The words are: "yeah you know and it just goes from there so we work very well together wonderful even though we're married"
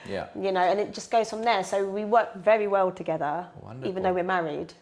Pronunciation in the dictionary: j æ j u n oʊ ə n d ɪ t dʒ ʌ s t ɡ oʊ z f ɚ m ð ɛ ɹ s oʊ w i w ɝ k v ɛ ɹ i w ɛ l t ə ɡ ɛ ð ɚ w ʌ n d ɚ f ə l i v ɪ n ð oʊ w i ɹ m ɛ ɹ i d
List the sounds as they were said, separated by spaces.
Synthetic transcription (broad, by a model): j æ j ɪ n oʊ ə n ɪ t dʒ ʌ s ɡ oʊ z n ð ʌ ɹ s oʊ w i w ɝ k v ɛ ɹ i w ɛ l t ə ɡ ɛ ð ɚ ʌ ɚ ə i v ɪ n ð oʊ w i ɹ m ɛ ɹ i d